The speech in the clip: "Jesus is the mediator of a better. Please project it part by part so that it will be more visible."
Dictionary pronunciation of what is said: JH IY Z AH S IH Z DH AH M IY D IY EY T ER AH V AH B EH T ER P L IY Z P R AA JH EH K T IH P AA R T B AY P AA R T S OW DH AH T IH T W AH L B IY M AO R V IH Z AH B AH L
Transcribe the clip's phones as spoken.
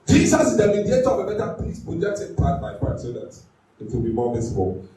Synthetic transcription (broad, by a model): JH IY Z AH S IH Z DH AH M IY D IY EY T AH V AH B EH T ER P IY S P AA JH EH T IH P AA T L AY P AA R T S OW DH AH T IH T W AH L B IY M AO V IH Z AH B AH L